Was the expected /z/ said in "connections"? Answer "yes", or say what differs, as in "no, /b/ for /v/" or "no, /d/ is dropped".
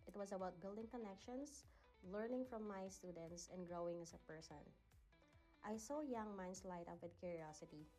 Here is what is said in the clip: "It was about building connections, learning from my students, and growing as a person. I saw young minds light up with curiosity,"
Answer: no, /s/ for /z/